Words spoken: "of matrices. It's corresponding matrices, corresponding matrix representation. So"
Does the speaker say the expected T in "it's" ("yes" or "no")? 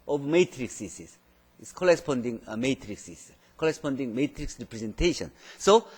no